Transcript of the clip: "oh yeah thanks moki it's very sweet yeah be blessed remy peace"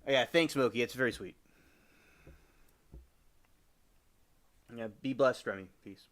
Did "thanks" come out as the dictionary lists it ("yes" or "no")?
yes